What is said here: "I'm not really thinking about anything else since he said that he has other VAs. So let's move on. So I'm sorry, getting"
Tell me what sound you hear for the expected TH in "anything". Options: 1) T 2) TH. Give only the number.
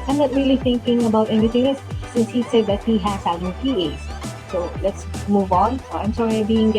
1